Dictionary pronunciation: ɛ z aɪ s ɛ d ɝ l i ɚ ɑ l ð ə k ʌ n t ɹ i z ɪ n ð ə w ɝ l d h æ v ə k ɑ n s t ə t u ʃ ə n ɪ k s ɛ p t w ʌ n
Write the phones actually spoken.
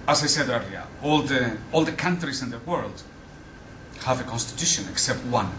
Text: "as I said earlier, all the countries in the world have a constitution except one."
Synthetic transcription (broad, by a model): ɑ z aɪ s ɛ d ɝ l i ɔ ɑ l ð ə k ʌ n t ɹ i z ɪ n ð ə w ɝ l d h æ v ə k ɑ n s t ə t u ʃ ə n ɪ k s ɛ p t w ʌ n